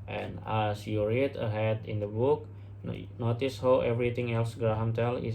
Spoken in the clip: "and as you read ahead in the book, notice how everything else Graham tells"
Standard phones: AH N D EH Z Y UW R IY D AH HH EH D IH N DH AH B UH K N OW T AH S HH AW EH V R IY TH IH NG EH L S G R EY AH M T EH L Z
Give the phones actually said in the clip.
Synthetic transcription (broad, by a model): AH N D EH S Y UW R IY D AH HH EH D IH N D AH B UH K N OW T AH S HH AW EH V R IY T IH NG EH L S G R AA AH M T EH L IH